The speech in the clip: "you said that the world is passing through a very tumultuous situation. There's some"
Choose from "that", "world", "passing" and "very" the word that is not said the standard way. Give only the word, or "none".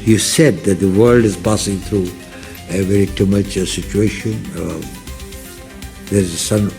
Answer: none